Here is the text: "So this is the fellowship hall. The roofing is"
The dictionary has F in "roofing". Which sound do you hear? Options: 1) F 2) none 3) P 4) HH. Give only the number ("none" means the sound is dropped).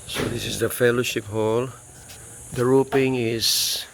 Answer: 3